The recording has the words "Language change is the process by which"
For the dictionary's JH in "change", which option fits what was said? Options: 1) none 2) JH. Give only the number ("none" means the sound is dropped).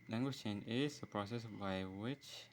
1